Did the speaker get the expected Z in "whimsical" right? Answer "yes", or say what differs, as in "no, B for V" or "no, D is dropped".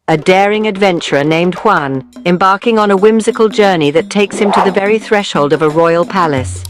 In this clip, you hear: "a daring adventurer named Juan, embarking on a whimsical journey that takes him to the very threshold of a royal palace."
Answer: yes